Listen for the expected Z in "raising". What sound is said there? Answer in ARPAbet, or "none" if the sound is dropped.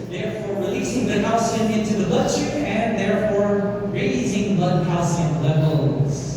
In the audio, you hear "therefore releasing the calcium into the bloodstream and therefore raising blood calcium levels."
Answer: Z